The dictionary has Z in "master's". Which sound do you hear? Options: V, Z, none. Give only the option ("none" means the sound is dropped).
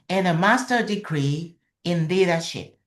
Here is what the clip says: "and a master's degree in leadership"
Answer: none